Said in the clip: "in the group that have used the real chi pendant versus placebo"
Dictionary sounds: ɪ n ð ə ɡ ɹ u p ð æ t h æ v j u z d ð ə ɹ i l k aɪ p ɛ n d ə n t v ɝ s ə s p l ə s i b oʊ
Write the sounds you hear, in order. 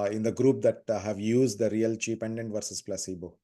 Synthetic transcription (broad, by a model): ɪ n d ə ɡ ɹ u p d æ t h æ v j u z d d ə ɹ i l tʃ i p ɛ n d ə n t v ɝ s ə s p l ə s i b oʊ